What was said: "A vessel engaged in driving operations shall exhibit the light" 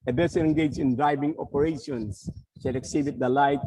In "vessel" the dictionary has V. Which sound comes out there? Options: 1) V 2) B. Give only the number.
2